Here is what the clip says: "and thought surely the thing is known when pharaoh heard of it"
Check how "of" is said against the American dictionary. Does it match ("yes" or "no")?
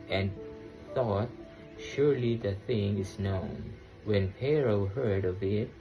yes